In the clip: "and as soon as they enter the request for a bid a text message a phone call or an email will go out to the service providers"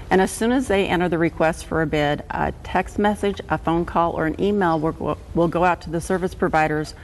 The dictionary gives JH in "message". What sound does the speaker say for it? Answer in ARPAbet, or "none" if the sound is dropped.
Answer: JH